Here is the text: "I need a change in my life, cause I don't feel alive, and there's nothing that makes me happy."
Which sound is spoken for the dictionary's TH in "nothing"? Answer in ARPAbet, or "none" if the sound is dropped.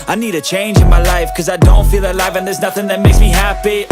TH